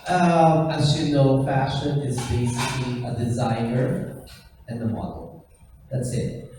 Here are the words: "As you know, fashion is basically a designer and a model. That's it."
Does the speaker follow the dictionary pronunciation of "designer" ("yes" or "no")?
yes